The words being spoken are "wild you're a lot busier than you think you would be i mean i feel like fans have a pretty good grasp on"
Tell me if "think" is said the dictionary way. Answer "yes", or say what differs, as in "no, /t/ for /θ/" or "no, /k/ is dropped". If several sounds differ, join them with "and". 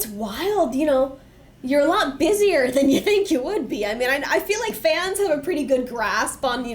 yes